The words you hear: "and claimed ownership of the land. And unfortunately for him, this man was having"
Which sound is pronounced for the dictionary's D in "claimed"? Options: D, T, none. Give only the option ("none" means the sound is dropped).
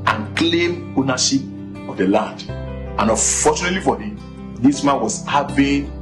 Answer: none